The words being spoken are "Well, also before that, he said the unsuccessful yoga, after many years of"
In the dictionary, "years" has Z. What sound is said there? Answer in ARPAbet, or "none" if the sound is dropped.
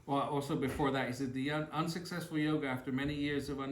Z